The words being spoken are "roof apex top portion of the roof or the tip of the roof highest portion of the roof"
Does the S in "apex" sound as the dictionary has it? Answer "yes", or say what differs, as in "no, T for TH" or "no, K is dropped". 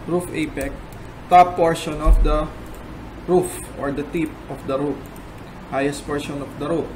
no, S is dropped